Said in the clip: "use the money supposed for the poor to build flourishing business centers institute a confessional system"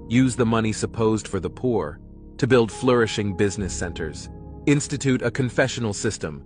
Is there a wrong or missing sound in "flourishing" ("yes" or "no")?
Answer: no